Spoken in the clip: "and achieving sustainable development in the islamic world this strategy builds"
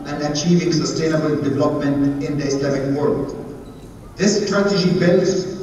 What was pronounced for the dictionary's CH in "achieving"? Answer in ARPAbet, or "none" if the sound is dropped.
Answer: CH